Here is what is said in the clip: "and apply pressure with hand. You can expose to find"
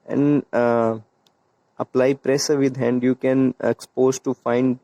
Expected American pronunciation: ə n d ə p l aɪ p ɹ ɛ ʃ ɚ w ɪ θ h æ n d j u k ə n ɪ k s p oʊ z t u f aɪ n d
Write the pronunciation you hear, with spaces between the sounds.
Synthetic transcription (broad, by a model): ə n d ə p l aɪ p ɹ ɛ s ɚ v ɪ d h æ n d j u k ə n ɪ k s p oʊ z t u f aɪ n d